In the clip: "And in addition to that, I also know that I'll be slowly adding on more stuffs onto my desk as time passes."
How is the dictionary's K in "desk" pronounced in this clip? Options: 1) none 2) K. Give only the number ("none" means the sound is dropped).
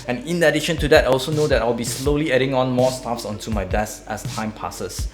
1